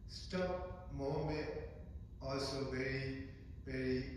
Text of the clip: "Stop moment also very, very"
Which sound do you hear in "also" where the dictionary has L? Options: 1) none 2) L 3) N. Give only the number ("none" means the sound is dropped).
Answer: 2